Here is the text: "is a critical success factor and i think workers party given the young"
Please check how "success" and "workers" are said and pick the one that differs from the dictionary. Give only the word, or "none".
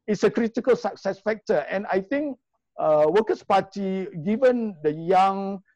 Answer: workers